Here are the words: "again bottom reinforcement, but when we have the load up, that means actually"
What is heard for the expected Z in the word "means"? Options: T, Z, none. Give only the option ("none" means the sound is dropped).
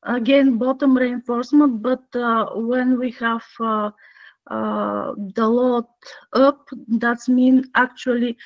none